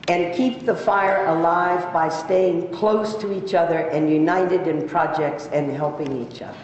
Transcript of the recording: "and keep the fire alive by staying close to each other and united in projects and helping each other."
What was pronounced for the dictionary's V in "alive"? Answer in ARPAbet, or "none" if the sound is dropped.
V